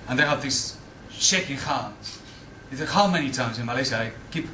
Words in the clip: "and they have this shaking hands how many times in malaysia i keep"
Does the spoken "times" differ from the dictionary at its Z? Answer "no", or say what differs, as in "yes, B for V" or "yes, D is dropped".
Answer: no